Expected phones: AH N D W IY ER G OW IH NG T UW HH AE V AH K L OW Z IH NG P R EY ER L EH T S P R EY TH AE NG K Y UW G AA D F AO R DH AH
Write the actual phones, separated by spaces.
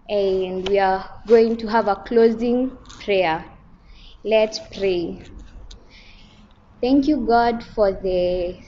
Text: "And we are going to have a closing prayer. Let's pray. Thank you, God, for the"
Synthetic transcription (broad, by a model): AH N D W IY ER G OW IH NG T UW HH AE V AH K L OW Z IH NG P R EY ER L EH T S P R EY TH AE NG K Y UW G AA D F AO R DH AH